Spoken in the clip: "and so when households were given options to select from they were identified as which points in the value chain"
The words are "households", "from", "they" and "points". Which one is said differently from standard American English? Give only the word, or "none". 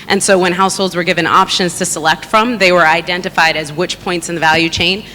none